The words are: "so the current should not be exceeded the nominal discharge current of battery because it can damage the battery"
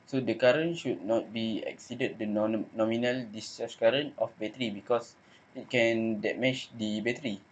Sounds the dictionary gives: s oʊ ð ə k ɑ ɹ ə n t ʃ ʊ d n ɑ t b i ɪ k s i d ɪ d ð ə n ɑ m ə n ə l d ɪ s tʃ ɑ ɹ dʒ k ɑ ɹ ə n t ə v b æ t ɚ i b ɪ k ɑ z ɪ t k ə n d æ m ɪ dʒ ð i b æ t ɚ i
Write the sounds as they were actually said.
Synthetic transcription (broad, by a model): s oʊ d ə k ɑ ɹ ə n ʃ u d n ɑ t b i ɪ k s i d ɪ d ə n ɑ m ə n ə l d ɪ s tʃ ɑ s k ɑ ɹ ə n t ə f b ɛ t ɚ i b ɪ k ɑ s ɪ t k ə n d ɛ m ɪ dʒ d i b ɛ t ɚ i